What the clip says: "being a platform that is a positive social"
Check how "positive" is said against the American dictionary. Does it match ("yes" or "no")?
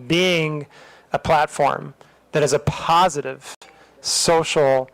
yes